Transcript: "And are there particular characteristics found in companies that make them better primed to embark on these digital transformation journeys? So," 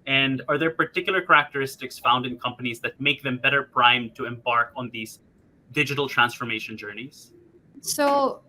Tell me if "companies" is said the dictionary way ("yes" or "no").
yes